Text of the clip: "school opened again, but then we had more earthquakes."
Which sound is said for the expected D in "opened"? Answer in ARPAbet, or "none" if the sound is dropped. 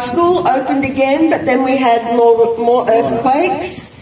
D